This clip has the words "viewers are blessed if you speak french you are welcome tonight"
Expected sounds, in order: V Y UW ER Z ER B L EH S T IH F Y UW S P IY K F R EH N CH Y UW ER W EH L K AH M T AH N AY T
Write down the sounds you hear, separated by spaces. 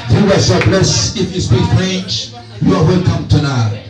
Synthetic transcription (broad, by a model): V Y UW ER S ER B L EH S IH F Y UW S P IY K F R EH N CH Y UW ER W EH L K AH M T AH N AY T